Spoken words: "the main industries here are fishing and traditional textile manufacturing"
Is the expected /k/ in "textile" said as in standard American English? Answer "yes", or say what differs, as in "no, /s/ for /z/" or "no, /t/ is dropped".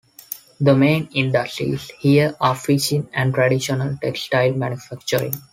yes